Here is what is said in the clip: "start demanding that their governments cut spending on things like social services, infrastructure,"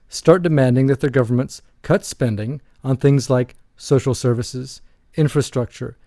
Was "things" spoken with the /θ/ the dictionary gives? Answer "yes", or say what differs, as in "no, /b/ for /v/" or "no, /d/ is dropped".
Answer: yes